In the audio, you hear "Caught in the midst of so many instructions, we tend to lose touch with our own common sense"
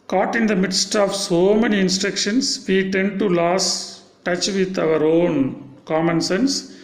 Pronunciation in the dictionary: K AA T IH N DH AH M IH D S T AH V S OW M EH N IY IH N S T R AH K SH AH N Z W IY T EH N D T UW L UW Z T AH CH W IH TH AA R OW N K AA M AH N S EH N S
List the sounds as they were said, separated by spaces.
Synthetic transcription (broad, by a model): K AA T IH N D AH M IH D S T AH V S OW M EH N IY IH N S T R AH K SH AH N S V IY T EH N D T UW L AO S T AH CH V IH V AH R OW N K AA M AH N S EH N S